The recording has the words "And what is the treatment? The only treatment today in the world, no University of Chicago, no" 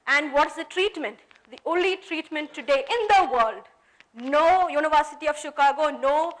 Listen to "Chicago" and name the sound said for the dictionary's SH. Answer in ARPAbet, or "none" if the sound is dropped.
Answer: SH